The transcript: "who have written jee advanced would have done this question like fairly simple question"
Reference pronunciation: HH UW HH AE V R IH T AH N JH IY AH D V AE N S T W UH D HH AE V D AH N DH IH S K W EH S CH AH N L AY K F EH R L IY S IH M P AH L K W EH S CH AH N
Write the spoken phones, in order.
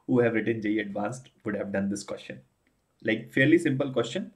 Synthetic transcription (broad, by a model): HH UW HH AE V R IH T AH N JH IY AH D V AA N S T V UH D HH AE V D AH N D IH S K W EH S CH AH N L AY K F EH R L IY S IH M P AH L K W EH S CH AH N